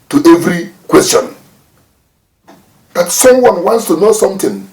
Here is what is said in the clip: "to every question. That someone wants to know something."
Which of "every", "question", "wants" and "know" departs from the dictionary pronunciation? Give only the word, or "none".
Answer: none